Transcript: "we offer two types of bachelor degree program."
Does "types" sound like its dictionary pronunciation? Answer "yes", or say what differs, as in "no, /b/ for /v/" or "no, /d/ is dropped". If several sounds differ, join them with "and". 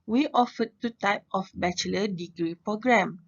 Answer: no, /s/ is dropped